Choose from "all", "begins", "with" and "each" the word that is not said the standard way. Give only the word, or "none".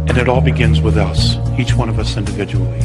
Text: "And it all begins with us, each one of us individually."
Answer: none